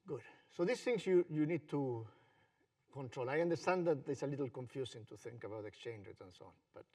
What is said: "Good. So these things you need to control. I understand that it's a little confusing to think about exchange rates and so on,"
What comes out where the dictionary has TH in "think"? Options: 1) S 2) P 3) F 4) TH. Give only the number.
4